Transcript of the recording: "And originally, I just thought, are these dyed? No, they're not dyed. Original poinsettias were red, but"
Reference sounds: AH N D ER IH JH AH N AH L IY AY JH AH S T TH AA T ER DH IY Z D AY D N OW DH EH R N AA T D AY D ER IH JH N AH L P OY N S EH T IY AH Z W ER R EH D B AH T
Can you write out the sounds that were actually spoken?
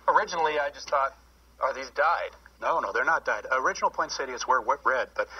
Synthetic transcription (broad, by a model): AH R IH JH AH N L IY AY JH AH S T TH AA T ER DH IY Z D AY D N OW DH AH R N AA T D AY D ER IH JH N L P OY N S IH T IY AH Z W ER R EH D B AH T